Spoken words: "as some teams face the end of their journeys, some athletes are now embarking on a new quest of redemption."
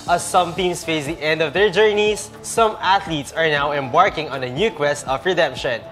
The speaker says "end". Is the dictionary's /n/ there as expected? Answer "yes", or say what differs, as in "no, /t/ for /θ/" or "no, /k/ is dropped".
yes